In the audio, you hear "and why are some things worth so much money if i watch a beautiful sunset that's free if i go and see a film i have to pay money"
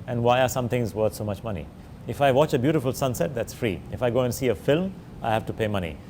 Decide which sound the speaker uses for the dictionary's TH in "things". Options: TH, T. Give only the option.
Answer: T